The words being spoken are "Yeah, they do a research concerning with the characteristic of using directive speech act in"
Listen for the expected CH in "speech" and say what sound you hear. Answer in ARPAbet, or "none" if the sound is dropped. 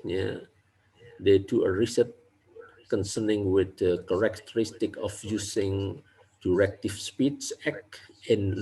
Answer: S